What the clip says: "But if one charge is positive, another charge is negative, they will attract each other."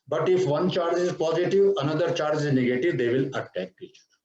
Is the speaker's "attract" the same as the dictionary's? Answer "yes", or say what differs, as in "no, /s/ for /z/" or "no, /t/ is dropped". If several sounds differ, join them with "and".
no, /ɹ/ is dropped